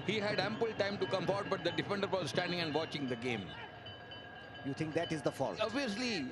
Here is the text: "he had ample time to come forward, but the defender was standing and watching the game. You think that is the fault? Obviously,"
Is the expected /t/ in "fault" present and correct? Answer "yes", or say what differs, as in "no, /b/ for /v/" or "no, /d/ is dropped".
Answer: no, /t/ is dropped